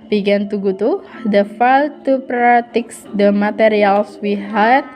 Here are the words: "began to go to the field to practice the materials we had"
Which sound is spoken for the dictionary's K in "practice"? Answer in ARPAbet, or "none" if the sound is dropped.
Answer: none